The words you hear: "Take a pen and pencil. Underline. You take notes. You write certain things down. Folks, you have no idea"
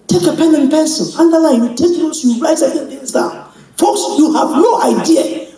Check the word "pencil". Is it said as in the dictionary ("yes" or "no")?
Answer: no